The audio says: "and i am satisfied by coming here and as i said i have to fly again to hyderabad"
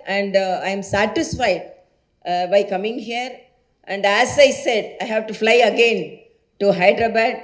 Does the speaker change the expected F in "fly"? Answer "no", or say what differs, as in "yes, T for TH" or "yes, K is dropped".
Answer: no